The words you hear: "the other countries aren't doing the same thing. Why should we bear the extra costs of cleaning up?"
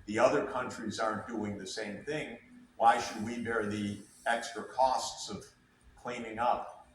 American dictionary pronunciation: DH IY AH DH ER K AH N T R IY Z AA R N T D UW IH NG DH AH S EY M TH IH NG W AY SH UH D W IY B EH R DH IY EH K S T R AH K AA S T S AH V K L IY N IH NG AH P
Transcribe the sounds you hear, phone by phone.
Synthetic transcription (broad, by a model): DH IY AH DH ER K AH N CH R IY Z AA R N D UW IH NG DH AH S EY M TH IH NG W AY SH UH D W IY B EH R DH IY EH K S T R AH K AA S T S AH V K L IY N IH NG AH P